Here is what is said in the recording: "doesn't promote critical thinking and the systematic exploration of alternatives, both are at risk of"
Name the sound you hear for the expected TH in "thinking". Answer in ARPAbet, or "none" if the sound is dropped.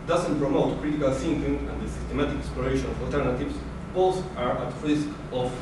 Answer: S